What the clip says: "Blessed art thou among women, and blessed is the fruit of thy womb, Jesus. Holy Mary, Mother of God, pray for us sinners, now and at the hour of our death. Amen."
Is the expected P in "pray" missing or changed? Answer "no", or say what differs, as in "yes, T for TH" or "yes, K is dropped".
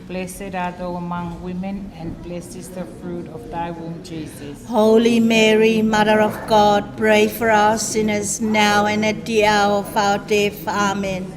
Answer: no